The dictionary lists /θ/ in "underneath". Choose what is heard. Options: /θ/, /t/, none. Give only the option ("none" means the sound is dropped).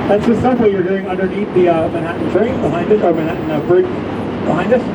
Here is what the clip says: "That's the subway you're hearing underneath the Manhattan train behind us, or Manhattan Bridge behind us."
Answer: /t/